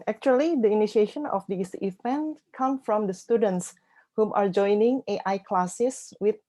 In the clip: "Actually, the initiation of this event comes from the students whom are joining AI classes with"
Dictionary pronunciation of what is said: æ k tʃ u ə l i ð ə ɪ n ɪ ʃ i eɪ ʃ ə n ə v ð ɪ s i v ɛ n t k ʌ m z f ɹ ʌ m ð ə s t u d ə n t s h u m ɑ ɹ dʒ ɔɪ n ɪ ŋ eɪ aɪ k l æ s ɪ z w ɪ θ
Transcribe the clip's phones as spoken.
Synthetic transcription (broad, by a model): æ k tʃ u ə l i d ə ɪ n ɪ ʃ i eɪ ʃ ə n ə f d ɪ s i v ɛ n t k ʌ m f ɹ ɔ m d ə s t u d ə n t s h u m ɑ ɹ dʒ ɔɪ n ɪ ŋ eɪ aɪ k l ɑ s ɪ s w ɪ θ